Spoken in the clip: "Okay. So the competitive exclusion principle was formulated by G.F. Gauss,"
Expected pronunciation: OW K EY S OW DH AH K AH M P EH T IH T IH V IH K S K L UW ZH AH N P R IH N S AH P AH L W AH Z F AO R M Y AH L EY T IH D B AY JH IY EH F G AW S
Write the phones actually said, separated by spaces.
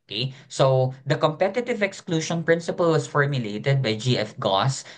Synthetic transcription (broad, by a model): K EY S OW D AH K AH M P EH T IH T IH V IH K S K L UW SH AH N P R IH N S AH P AH L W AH S F AO R M Y AH L EY T IH D B AY JH IY EH F G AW S